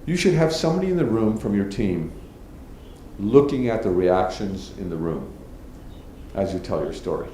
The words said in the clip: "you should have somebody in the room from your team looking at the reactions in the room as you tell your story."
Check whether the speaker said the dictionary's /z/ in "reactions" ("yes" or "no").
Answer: yes